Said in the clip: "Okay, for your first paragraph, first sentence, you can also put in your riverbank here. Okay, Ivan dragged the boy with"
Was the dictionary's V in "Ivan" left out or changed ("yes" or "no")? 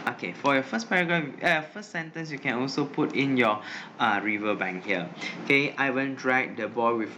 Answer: yes